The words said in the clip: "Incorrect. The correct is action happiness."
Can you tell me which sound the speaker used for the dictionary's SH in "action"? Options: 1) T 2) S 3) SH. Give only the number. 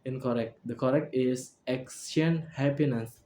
2